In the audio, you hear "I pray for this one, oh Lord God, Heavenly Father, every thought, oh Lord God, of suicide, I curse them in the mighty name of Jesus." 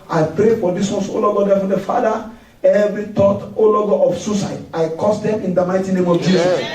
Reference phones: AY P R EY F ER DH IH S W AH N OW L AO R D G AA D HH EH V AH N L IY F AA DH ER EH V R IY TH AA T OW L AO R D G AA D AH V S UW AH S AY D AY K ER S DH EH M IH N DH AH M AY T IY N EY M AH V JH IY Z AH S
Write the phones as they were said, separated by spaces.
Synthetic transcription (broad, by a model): AY P R EY F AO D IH S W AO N OW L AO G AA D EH F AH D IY F AA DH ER EH V R IY T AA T OW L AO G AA AH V S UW S AY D AY K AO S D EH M IH N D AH M AY T IY N EY M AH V JH IY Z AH S